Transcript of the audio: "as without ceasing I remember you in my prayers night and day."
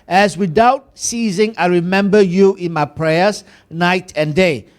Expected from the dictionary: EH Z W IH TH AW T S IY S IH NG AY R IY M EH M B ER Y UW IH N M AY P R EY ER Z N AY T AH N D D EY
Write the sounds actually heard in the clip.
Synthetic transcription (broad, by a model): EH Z W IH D AW T S IY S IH NG AY R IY M EH M B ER Y UW IH N M AY P R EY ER S N AY T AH N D D EY